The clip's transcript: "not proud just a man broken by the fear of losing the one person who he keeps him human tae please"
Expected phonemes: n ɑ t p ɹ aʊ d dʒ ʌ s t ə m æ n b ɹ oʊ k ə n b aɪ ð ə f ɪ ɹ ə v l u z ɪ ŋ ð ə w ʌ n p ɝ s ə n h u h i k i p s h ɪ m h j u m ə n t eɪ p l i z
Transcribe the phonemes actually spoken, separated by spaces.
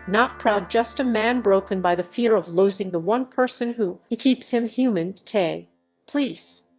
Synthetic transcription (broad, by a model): n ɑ t p ɹ aʊ d dʒ ʌ s t ə m æ n b ɹ oʊ k ə n b aɪ ð ə f ɪ ɹ ə v l u z ɪ ŋ ð ə w ʌ n p ɝ s ə n h u h i k i p s h ɪ m h j u m ə n t eɪ p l i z